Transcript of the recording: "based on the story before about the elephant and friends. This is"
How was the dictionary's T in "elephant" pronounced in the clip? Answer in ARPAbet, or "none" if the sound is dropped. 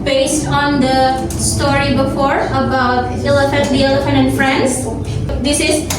none